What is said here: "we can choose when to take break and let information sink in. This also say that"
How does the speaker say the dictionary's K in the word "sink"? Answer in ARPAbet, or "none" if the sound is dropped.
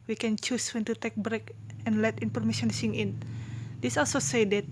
none